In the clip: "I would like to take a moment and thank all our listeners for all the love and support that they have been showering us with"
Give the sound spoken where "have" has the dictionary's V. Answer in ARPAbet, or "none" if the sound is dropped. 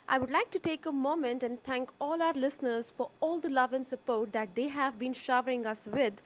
V